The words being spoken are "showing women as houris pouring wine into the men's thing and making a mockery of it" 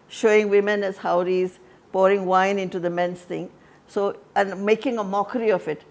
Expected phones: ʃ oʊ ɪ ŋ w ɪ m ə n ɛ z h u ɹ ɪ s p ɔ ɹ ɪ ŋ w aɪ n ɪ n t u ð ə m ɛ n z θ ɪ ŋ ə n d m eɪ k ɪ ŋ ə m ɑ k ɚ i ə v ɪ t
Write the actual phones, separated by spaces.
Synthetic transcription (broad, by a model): ʃ oʊ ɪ ŋ w ɪ m ə n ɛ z h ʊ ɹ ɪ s p ɔ ɹ ɪ ŋ w aɪ n ɪ n t u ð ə m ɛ n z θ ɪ ŋ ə n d m eɪ k ɪ ŋ ə m ɑ k ɚ i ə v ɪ t